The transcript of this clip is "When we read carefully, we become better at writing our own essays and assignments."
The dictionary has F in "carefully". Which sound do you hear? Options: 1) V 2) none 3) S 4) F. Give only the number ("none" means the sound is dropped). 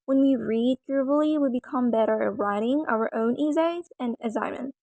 2